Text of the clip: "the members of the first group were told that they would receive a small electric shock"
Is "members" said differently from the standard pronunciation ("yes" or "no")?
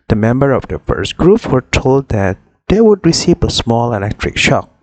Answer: yes